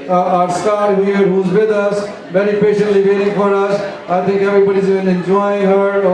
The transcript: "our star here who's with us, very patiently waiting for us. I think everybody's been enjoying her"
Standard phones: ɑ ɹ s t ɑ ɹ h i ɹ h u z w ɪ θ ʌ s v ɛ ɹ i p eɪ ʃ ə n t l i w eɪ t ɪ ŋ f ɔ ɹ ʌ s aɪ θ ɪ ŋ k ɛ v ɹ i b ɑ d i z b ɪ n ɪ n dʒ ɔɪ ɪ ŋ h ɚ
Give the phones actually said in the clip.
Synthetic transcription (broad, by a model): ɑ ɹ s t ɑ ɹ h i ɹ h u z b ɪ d ʌ s b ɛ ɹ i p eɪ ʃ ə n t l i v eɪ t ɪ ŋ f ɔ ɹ ʌ s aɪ t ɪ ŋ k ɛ b ɹ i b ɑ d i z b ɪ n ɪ n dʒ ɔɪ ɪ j h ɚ